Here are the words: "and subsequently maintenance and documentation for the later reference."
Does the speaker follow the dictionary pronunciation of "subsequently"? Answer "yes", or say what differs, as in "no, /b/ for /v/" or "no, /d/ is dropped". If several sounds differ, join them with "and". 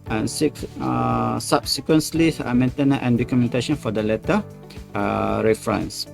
no, /s/ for /t/